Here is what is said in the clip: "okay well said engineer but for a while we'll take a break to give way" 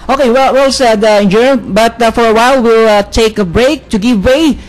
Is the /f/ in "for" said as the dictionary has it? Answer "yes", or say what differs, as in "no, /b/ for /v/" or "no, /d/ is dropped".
yes